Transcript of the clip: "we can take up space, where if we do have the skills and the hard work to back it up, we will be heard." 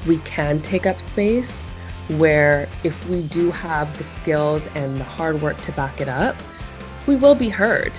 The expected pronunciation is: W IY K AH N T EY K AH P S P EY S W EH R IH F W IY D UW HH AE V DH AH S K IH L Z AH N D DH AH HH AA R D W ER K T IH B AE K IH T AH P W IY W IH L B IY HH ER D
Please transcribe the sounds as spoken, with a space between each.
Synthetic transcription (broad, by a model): W IY K AH N T EY K AH P S P EY S W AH R IH F W IY D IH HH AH V DH AH S K IH L Z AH N DH AH HH AA R D W ER K T IH B AE K IH T AH P W IY W IH L B IY HH ER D